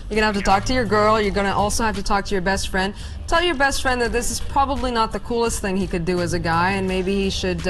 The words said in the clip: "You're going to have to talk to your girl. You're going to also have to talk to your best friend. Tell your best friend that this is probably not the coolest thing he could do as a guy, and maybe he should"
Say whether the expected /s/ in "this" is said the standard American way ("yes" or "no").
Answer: yes